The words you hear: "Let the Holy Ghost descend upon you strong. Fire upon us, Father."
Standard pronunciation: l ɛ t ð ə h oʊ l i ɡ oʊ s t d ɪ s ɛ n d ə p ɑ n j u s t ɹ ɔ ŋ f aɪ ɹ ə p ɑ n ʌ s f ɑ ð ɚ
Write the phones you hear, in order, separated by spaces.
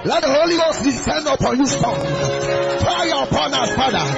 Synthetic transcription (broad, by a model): l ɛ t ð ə h oʊ l i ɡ oʊ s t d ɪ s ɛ n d ə p ɑ n j u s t ɔ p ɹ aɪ ə p ɑ n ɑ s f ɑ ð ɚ